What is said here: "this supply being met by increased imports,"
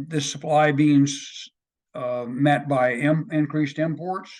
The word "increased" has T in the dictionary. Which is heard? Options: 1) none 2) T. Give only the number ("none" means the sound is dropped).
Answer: 2